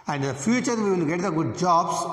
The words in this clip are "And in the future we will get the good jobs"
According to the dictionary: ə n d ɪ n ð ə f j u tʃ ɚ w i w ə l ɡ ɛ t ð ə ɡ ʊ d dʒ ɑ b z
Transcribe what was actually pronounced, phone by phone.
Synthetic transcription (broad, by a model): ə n d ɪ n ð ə f j u tʃ ɚ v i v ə n ɡ ɛ t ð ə ɡ ʊ d dʒ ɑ b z